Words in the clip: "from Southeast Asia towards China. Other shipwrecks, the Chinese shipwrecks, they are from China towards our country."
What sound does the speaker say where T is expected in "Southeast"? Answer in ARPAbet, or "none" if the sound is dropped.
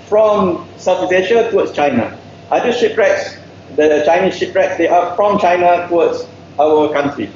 none